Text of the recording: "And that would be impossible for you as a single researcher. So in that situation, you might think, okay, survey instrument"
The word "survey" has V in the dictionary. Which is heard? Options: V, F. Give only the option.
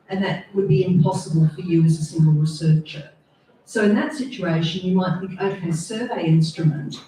V